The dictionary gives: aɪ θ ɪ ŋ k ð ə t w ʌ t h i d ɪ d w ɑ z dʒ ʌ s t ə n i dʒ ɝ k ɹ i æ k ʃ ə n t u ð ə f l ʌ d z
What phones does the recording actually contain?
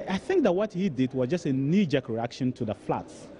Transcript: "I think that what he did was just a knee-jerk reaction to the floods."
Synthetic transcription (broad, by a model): aɪ θ ɪ ŋ k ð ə t w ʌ t h i d ɪ d w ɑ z dʒ ʌ s t ə n i dʒ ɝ k ɹ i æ k ʃ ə n t u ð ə f l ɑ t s